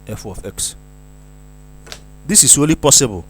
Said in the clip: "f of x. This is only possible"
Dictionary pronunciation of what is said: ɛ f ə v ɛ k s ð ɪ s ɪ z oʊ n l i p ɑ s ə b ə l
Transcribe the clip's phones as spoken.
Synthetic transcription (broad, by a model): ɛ f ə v ɛ k s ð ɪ s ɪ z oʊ l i p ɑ s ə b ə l